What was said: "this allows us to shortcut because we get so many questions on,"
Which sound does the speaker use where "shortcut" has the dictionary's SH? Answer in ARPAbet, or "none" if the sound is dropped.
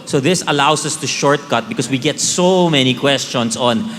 SH